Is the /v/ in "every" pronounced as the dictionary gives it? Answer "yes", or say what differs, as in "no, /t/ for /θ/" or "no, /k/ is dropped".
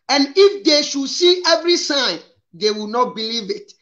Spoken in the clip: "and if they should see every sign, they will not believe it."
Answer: yes